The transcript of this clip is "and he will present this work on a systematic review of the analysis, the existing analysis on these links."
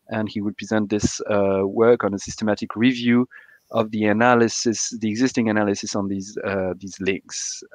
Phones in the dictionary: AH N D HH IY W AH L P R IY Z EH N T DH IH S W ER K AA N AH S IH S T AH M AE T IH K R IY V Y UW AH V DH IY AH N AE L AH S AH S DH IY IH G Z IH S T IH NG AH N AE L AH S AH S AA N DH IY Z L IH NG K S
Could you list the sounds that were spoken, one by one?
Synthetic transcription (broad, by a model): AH N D HH IY W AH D P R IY Z EH N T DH IH S W ER K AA N AH S IH S T AH M AE T IH K R IY V Y UW AH V DH IY AH N AE L AH S AH S DH IY IH G Z IH S T IH NG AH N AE L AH S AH S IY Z DH IY Z L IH NG K S